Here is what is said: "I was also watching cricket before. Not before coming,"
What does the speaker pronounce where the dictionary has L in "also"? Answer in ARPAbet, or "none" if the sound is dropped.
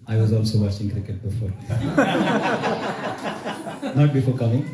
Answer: N